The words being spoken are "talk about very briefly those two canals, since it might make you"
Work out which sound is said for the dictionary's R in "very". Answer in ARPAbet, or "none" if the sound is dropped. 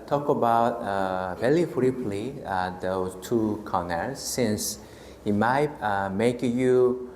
L